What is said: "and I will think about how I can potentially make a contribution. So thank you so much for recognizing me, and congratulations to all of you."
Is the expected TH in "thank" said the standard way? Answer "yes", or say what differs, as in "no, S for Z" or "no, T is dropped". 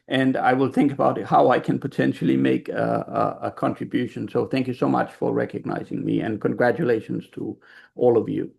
yes